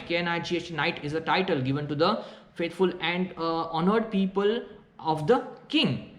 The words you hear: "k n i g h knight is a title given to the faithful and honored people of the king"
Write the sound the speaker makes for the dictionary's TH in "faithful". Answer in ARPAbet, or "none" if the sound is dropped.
T